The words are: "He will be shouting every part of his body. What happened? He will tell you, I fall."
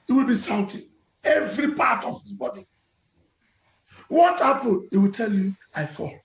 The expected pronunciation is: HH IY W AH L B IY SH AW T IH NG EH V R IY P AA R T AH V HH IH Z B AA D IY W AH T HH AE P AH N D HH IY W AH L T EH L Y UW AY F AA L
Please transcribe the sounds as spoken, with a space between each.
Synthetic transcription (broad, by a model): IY W AH L B IY S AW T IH EH V R IY P AA T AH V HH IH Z B AA D IY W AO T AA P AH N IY W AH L T EH L Y UW AY F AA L